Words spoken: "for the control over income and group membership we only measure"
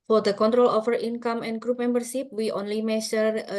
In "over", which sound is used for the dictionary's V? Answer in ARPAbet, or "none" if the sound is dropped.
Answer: F